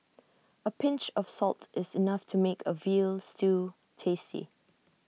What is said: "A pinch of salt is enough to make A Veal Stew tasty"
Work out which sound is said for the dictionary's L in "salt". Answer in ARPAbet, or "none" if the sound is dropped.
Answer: L